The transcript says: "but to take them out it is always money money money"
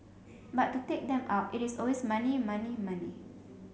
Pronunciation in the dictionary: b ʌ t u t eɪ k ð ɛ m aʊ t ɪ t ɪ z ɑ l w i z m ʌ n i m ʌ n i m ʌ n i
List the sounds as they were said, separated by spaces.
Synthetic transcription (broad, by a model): b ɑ t u t eɪ k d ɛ m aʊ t ɪ t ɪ s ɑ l w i s m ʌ n i m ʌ n i m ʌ n i